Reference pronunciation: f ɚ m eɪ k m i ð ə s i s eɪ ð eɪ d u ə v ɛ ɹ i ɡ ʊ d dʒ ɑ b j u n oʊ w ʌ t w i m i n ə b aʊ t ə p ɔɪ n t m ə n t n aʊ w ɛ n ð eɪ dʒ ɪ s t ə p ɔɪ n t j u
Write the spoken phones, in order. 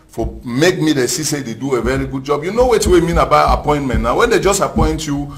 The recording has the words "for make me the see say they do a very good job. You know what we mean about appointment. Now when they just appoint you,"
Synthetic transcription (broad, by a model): f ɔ m eɪ k m i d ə s i s eɪ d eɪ d u ə v ɛ ɹ i ɡ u d dʒ ɑ b j u n oʊ w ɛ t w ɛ m i n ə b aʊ ə p ɔɪ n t m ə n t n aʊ w ɛ n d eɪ dʒ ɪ s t ə p ɔɪ n t j u